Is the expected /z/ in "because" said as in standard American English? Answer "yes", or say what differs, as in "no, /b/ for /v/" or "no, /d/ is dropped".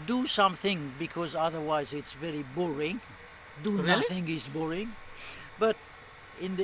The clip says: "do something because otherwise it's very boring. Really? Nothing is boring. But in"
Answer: yes